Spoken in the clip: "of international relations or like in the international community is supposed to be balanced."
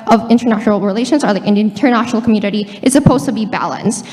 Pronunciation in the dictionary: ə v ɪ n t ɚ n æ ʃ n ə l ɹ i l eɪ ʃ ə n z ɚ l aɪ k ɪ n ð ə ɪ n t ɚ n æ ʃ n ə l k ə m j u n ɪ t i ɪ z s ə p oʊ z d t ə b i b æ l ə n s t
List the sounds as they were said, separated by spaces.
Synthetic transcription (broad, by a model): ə v ɪ n t ɚ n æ ʃ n l ɹ i l eɪ ʃ ə n z ɚ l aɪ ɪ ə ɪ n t ɚ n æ ʃ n l k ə m j u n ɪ t i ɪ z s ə p oʊ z t ə b i b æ l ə n s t